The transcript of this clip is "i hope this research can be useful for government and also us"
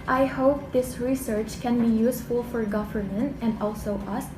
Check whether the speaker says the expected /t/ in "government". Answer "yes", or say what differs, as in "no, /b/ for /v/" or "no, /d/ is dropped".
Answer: yes